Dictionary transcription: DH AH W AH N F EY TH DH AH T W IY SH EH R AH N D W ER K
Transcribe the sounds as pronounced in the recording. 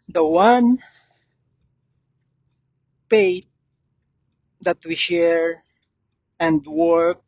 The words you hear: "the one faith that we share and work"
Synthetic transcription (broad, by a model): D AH W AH N P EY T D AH T W IY SH EH R AH N D W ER K